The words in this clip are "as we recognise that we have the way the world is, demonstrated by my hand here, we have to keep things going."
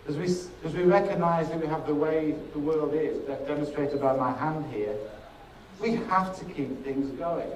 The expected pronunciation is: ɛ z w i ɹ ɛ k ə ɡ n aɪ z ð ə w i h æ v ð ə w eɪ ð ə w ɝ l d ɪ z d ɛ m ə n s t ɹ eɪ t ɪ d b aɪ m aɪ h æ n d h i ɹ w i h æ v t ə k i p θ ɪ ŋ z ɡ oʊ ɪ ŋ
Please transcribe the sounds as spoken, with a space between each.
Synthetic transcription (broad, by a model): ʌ z w i ɹ ɛ k ə ɡ n aɪ z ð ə w i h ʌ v ð ə w eɪ ð ə w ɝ l d ɪ z d ɛ m ə n s t ɹ eɪ t ɪ d b aɪ m aɪ h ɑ n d h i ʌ w i h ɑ f t ə k i p θ ɪ ŋ z ɡ oʊ ɪ ŋ